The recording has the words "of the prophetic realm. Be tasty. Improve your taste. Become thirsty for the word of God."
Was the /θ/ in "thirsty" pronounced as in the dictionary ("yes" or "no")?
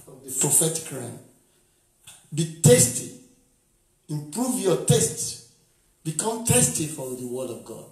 no